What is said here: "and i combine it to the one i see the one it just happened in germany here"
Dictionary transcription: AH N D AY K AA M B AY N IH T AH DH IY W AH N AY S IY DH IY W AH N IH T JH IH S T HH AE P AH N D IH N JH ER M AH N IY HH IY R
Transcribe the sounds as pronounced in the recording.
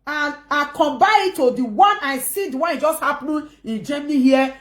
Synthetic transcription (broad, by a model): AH N AY K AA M B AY IH T AH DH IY W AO N AY S IY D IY W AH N IH T JH IH S T HH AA P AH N IH N JH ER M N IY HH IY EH